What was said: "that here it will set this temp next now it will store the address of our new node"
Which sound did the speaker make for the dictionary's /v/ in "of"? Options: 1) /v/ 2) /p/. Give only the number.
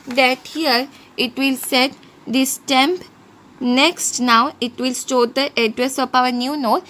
2